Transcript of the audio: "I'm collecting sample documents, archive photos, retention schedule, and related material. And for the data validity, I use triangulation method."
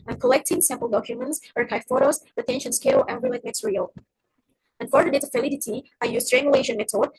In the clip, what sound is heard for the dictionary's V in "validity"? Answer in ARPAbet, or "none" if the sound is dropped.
F